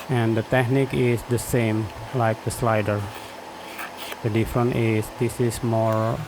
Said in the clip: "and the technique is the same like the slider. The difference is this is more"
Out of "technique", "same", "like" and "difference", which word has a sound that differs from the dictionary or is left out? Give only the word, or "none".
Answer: difference